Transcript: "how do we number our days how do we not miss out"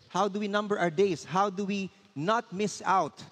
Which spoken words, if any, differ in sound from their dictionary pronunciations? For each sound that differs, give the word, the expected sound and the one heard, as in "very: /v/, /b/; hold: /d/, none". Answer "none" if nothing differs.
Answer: days: /z/, /s/